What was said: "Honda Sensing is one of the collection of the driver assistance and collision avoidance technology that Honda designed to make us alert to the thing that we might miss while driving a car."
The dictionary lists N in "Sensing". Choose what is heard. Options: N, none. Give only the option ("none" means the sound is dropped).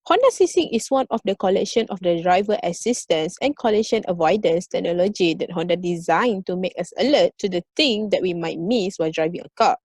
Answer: none